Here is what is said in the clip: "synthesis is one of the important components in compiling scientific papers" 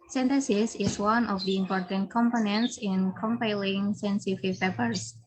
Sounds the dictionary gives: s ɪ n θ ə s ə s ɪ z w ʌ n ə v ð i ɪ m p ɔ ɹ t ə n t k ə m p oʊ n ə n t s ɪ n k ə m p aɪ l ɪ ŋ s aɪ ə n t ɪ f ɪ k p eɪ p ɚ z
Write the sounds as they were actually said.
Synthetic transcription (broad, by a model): s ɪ n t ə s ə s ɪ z w ʌ n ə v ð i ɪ m p ɔ ɹ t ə n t k ə m p oʊ n ə n t s ɪ n k ə m p aɪ l ɪ ŋ s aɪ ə n s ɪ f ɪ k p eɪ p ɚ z